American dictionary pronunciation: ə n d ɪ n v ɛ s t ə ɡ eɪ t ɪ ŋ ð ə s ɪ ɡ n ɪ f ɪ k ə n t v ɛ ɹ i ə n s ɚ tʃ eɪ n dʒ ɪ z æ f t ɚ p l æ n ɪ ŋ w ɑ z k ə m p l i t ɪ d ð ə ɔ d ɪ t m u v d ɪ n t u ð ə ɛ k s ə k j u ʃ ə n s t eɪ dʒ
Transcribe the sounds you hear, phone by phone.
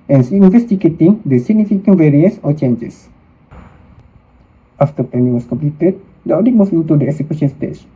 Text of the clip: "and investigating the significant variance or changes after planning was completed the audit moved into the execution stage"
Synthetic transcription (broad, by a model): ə n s ɪ n v ɛ s t ə ɡ eɪ t ɪ ŋ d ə s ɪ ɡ n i f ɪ k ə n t v ɛ ɹ i ə n s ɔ tʃ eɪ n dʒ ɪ s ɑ f t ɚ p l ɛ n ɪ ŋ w ɑ s k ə m p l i t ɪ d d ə ɔ d ɪ t m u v ɪ n t u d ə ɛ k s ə k j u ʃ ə n s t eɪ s